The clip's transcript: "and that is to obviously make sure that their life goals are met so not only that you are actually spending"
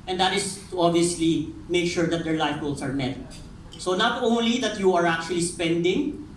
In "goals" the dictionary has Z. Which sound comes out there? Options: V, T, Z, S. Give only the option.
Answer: S